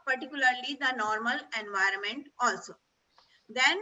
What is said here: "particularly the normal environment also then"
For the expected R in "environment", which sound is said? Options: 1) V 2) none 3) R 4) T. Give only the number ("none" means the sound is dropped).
3